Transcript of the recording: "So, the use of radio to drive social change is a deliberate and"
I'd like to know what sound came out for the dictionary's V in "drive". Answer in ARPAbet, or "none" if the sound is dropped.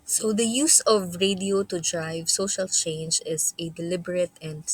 V